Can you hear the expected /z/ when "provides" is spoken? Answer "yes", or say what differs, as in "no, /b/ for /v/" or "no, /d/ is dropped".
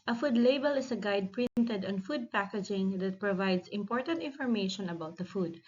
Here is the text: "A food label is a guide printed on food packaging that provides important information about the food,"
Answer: no, /s/ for /z/